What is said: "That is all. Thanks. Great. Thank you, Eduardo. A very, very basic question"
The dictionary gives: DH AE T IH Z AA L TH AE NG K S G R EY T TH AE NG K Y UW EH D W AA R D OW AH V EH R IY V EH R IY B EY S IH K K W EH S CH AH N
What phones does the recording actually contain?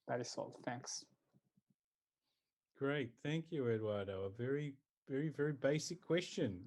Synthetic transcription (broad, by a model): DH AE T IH S AA L TH AE NG K S G R EY T TH AE NG K Y UW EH D W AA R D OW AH V EH R IY V EH R IY B EY S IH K K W EH S CH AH N